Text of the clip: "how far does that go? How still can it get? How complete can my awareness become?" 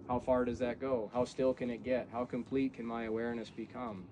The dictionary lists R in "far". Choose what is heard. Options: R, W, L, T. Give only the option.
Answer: R